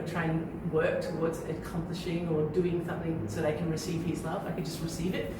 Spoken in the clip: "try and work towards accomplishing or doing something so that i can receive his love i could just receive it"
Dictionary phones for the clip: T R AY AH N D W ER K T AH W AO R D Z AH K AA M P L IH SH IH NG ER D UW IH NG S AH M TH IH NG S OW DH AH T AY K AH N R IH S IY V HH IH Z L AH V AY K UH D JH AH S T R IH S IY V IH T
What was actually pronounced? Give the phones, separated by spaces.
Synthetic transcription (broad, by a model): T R AY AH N W ER K T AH W AO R D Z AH K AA M P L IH SH IH NG ER D UW IH NG S AH M TH IH NG S OW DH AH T AY K AH N R IH S IY V HH IH Z L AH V AY K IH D JH AH S T R IH S IY V IH T